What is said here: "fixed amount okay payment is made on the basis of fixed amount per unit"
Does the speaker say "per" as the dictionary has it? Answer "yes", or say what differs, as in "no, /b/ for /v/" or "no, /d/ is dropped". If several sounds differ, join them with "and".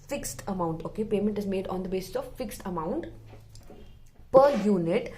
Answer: yes